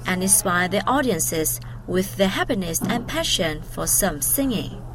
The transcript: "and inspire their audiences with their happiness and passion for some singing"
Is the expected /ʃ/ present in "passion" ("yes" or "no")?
yes